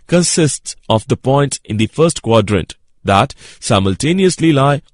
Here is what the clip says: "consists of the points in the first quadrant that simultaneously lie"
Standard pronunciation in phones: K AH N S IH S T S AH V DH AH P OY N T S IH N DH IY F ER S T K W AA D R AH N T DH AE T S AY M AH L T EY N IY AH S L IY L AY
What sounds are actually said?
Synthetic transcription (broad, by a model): K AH N S IH S T S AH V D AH P OY N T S IH N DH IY F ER S T K W AA D R AH N T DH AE T S AY M AH L T EY N IY AH S L IY L AY